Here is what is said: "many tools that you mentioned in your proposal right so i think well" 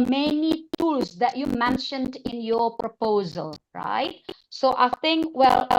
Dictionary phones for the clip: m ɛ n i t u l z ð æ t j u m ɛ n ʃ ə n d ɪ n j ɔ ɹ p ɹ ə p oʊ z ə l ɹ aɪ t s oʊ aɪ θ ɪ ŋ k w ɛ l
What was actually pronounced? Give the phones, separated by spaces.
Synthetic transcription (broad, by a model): m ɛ n i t u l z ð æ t j u m ɛ n ʃ ə n d ɪ n j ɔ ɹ p ɹ ə p oʊ z ə l ɹ aɪ t s oʊ aɪ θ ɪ ŋ k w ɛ l